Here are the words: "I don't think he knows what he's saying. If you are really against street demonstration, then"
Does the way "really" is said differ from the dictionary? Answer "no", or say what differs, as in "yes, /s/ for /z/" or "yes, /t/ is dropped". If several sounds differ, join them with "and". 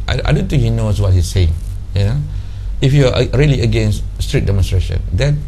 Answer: no